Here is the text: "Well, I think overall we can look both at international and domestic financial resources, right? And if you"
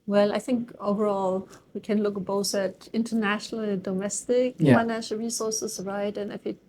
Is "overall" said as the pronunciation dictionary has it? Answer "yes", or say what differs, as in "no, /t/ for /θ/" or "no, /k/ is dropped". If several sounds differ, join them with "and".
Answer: yes